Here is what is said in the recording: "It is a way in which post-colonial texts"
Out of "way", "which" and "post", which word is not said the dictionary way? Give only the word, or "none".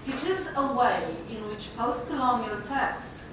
none